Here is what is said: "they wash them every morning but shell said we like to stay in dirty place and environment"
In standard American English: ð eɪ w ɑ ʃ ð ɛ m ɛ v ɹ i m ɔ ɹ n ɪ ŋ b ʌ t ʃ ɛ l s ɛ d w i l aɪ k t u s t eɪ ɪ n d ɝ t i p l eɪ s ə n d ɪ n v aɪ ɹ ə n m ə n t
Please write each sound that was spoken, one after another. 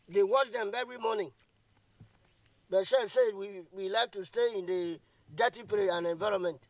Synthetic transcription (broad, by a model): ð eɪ w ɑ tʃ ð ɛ m ɛ v ɹ i m ɔ n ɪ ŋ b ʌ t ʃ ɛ s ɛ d w i l aɪ k t u s t eɪ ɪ n d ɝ t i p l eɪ ə n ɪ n v aɪ ɹ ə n m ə n t